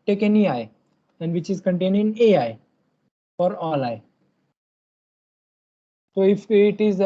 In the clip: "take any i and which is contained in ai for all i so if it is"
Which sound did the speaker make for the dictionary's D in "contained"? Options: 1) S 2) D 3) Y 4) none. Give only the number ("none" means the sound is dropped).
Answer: 4